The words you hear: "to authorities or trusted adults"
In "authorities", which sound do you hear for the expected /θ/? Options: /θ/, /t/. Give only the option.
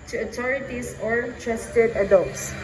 /t/